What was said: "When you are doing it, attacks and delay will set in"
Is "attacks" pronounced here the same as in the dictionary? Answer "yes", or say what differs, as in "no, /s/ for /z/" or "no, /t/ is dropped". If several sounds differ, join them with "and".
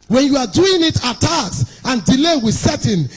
no, /k/ is dropped